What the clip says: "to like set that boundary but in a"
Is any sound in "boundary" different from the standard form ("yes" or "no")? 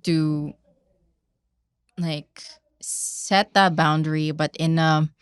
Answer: no